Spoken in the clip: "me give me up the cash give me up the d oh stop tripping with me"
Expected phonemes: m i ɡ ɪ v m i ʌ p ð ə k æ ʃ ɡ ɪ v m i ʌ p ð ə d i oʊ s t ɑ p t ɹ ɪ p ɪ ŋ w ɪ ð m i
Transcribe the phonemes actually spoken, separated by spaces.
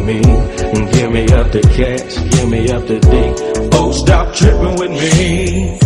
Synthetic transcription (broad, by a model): m i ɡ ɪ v m i ʌ p ð ə k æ s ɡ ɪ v m i ʌ p ð ə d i oʊ s t ɑ p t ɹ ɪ p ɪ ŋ w ɪ ð m i